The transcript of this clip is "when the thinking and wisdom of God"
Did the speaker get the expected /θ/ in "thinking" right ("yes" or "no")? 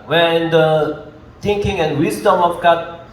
no